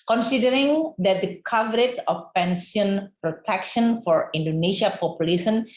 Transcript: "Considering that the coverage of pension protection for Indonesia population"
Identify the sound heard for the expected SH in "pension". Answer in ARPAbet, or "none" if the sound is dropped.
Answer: S